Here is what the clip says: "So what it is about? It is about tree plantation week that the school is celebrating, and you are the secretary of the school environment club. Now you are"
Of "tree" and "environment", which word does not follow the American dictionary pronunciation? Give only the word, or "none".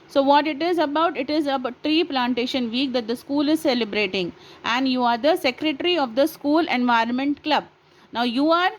none